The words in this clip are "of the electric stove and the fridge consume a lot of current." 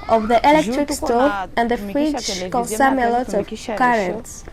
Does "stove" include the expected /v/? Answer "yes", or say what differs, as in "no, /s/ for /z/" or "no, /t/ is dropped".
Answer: no, /v/ is dropped